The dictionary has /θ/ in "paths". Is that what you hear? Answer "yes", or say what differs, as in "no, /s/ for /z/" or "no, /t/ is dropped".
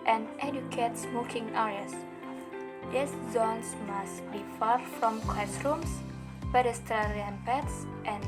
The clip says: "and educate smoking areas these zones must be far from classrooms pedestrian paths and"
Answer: no, /t/ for /θ/